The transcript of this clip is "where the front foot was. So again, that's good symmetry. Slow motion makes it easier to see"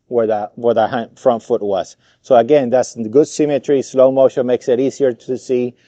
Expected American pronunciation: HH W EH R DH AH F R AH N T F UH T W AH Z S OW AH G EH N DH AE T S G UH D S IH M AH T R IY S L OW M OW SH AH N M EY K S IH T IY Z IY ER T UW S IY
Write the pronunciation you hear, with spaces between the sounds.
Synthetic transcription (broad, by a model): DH W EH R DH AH F R AH N T F UH T W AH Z S OW AH G EH N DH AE T S G UH D S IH M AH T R IY S L OW M OW SH AH N M EY K S IH T IY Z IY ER T UW S IY